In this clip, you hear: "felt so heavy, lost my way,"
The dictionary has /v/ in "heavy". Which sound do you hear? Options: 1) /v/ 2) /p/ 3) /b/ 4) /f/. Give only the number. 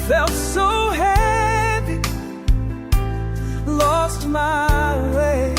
2